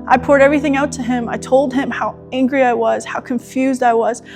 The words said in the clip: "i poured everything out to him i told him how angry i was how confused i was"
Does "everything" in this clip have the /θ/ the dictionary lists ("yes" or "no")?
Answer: yes